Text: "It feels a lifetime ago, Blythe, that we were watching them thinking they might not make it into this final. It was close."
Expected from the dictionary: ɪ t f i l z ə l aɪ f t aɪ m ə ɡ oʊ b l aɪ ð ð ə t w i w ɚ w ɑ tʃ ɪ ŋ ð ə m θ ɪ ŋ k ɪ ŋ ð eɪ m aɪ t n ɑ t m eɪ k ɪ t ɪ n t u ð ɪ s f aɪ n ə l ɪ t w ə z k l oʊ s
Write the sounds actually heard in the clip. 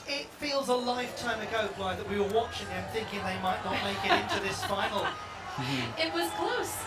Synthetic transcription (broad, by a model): ɪ t f i l z ə l aɪ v t aɪ m ə ɡ oʊ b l aɪ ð ð ə t w i w ɚ w ɑ tʃ ɪ ŋ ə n θ ɪ ŋ k ɪ ŋ ð eɪ m aɪ t n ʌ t m eɪ k ɪ t ɪ n t u ð ɪ s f aɪ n l ɪ t w ə z k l oʊ s